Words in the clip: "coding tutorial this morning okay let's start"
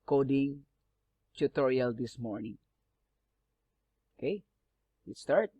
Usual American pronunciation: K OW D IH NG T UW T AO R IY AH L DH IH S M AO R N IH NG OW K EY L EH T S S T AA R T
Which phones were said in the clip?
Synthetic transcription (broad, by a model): K OW D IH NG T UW T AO R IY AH L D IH S M AO R N IH NG OW K EY W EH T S S T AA R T